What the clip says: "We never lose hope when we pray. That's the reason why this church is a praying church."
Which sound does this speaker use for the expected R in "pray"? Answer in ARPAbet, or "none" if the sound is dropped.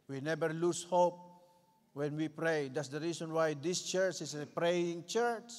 R